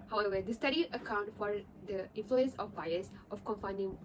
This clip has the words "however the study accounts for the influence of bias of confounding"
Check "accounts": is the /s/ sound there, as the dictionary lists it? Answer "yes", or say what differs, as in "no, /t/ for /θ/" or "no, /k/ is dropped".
no, /s/ is dropped